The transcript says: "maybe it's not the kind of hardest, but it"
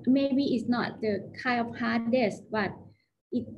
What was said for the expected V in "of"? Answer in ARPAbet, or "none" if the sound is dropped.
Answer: P